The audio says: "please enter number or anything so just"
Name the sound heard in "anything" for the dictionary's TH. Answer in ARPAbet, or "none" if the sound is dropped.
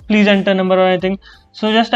T